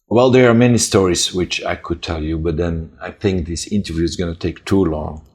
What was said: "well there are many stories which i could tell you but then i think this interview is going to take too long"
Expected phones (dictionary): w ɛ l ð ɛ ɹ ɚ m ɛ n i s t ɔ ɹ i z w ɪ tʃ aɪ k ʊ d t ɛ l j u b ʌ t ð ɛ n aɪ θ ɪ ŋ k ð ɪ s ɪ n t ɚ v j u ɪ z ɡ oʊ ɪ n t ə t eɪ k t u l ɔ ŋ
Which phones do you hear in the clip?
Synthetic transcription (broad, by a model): w ɛ l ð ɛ ɹ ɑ m ɛ n i s t ɔ ɹ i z w ɪ tʃ aɪ k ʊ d t ɛ l j u b ʌ t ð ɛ n aɪ θ ɪ ŋ k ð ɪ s ɪ n t ɚ v j u ɪ z ɡ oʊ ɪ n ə t eɪ k t u l ɔ ŋ